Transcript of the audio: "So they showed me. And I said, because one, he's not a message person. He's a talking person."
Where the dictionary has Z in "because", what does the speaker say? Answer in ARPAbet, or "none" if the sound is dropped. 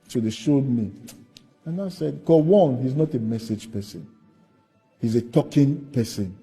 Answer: none